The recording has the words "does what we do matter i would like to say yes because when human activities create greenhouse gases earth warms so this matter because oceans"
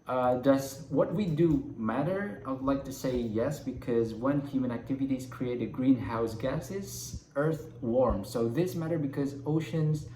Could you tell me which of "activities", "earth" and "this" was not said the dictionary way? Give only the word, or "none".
none